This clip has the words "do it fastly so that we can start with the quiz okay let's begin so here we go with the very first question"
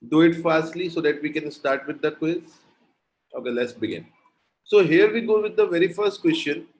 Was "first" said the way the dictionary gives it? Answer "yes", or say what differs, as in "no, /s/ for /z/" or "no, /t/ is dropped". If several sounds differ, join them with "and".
yes